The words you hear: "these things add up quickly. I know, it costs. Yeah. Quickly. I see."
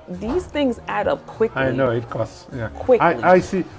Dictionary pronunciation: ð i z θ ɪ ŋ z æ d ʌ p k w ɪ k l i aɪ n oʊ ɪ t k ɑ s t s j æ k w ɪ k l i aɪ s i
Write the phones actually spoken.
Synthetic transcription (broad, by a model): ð i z θ ɪ ŋ z æ d ʌ p k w ɪ k i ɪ n oʊ ɪ t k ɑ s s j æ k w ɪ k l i aɪ s i